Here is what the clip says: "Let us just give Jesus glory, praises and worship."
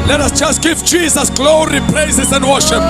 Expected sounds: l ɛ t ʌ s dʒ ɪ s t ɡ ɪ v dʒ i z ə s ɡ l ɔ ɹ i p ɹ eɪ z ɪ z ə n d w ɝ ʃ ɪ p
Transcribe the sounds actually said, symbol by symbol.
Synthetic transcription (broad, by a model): l ɛ t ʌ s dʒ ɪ s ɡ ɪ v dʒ i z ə s ɡ l ɔ ɹ i p l eɪ s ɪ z ə n d w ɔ ʃ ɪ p